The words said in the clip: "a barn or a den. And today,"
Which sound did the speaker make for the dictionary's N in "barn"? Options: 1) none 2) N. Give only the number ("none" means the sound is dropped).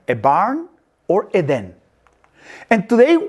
2